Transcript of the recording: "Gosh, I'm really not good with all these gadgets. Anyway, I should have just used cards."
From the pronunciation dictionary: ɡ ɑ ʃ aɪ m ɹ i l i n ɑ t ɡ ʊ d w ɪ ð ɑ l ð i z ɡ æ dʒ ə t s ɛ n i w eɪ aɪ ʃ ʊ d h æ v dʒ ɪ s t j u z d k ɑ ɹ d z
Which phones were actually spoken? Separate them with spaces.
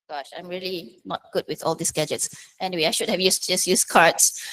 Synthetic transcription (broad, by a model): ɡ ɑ ʃ aɪ m ɹ i l i n ɑ t ɡ ʊ d w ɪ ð ɑ l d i s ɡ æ dʒ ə t s ɛ n i w eɪ aɪ ʃ ʊ d h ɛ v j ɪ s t j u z k ɑ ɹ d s